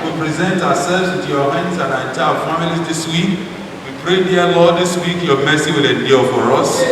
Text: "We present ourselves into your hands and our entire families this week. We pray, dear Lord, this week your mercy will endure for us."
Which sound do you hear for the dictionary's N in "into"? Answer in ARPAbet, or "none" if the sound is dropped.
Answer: none